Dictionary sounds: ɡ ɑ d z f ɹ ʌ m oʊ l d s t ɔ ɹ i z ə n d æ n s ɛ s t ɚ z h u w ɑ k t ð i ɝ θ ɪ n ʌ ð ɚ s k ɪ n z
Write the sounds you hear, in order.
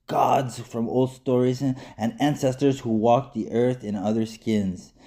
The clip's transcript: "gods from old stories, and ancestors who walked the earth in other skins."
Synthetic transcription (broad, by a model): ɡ ɑ d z f ɹ ʌ m oʊ l d s t ɔ ɹ i z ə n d æ n s ɛ s t ɚ z h u w ɑ k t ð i ɝ θ ɪ n ʌ ð ɚ s k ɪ n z